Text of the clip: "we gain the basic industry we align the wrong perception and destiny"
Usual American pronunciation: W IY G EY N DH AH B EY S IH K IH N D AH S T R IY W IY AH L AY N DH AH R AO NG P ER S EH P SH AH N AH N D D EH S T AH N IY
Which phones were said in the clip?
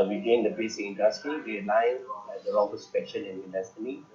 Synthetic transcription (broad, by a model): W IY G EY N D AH B EY S IH K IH N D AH S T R IY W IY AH L AY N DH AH L AO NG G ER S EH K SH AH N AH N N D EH S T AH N IY